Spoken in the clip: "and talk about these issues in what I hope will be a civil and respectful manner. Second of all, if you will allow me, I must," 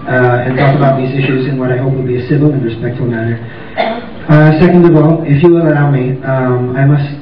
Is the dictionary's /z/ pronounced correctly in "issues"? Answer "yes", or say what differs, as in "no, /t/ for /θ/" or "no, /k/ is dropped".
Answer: yes